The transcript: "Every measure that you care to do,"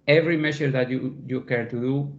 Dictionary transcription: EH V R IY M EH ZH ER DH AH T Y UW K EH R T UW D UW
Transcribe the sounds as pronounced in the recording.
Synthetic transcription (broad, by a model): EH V R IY M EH S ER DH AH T Y UW K EH R T UW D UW